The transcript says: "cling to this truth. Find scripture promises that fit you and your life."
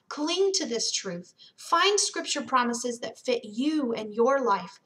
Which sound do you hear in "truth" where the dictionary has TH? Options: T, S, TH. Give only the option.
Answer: TH